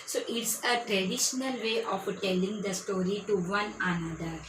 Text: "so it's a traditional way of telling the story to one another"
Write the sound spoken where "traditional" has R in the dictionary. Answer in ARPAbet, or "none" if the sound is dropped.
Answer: R